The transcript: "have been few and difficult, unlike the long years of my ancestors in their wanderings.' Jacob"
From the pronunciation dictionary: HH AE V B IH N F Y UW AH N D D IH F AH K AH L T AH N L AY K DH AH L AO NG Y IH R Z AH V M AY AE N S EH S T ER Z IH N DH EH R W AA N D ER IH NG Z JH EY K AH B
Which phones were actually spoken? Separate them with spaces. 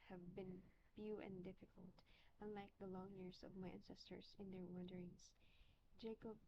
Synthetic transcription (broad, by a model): HH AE V B IH N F Y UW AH N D D IH F AH K AH L T AH N L AY K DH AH L AO NG Y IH R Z AH V M AY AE N S EH S T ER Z IH N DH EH R W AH N D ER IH NG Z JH EY K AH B